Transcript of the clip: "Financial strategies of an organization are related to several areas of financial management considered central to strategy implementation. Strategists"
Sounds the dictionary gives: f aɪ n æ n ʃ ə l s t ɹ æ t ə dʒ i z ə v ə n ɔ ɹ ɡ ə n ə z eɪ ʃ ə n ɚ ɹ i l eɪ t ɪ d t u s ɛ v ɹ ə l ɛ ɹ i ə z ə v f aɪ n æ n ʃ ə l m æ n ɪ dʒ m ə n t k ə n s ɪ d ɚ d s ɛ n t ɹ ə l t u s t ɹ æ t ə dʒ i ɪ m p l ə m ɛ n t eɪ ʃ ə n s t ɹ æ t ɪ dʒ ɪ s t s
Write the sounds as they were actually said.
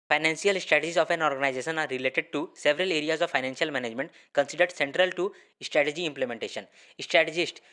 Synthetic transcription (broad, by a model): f aɪ n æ n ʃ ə l s t ɹ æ t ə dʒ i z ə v ə n ɔ ɹ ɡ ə n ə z eɪ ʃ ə n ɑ ɹ i l eɪ t ɪ d t u s ɛ v ɹ ə l ɛ ɹ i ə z ə v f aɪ n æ n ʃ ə l m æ n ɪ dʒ m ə n t k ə n s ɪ d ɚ d s ɛ n t ɹ ə l t u s t ɹ æ t ə dʒ i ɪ m p l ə m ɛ n t eɪ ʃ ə n s t ɹ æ t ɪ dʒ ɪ s t